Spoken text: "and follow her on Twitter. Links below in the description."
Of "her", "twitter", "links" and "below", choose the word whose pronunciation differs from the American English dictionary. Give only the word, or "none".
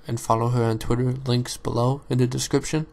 none